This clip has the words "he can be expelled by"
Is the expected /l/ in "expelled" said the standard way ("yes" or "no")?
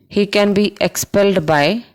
yes